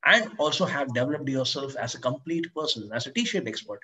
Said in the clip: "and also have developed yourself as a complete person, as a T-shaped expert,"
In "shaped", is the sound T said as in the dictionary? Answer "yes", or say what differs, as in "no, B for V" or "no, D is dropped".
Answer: no, T is dropped